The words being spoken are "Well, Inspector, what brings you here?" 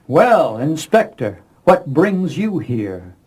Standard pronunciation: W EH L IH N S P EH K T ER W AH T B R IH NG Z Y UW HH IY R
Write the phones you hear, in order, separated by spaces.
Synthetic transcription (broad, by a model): W EH L IH N S P EH K T ER W AH T B R IH NG Z Y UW HH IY R